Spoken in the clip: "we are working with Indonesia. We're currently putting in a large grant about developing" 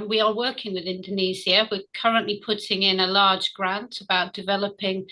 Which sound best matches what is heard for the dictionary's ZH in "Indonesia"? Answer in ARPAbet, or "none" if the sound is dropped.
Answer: Z